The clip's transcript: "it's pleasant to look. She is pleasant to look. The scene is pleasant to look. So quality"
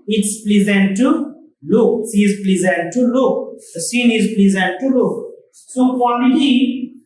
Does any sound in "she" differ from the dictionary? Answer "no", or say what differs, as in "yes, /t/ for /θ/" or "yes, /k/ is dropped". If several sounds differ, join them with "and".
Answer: yes, /s/ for /ʃ/